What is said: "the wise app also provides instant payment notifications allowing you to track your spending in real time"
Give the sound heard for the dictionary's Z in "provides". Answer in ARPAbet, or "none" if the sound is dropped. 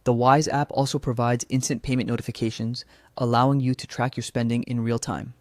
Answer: Z